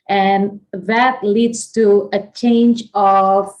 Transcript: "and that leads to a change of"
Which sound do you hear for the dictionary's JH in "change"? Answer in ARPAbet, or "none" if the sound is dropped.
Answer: JH